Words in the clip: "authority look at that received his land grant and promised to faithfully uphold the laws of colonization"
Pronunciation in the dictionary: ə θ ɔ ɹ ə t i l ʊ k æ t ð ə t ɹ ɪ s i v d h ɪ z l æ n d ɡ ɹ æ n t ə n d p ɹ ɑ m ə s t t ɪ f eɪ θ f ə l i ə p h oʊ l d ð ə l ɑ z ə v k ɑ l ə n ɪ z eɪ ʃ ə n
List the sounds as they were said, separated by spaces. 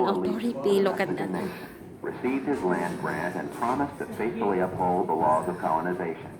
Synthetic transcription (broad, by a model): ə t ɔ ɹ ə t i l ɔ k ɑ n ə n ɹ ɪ s i v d h ɪ z l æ n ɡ ɹ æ n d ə n p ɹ ɑ m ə s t t ɪ f eɪ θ f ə l i ə p h oʊ l d ð ə l ɑ z ə v k ɑ l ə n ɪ z eɪ ʃ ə n